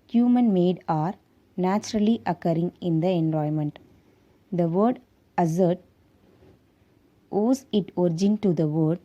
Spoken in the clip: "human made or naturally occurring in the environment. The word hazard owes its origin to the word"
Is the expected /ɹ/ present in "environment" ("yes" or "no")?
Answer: no